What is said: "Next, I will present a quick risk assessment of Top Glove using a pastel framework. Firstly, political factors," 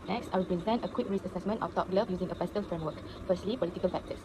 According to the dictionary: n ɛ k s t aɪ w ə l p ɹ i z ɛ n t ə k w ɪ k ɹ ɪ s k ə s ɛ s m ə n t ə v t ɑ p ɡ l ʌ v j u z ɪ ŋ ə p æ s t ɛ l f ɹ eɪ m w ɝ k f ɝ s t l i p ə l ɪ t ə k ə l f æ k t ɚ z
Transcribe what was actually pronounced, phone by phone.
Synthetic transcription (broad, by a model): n ɛ k s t aɪ w ə l p ɹ i z ɛ n t ə k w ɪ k ɹ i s ə s ɛ s m ə n t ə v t ɑ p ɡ l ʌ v j u z ɪ ŋ ə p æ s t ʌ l f ɹ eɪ m w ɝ k f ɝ s t l i p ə l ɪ t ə k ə l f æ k t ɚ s